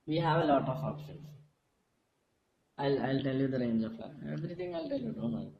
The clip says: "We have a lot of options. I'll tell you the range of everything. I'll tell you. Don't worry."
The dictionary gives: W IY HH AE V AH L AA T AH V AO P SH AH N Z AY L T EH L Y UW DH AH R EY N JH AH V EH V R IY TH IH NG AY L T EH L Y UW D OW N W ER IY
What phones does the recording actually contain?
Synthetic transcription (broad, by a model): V IY HH AE V AH L AA T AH F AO P SH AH N S AY L T EH L Y UW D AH R EY N JH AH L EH V R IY T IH NG AY L T EH L Y UW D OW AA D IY